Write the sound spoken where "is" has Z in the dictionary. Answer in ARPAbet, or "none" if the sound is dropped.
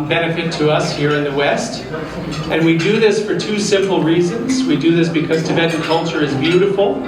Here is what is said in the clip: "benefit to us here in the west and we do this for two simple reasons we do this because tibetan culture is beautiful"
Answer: Z